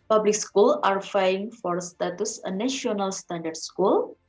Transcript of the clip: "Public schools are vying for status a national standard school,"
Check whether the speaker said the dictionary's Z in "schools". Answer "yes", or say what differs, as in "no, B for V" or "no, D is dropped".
no, Z is dropped